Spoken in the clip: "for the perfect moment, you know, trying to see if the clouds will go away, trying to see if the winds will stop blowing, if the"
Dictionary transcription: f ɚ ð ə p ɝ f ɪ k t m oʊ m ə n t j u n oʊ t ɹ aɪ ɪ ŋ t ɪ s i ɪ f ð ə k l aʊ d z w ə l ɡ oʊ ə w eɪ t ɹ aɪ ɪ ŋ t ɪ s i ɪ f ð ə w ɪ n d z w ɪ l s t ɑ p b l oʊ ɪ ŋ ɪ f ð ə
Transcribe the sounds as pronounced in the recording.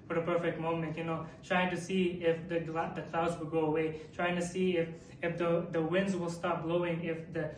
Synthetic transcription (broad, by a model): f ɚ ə p ɝ f ɪ k t m oʊ m ə n t j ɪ n oʊ t ɹ aɪ ɪ ŋ t ɪ s i ɪ f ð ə k l aʊ d z w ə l ɡ oʊ ə w eɪ t ɹ aɪ ɪ ŋ t ɪ s i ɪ f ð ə w ɪ n d z w ɪ l s t ɑ p b l oʊ ɪ ŋ ɪ f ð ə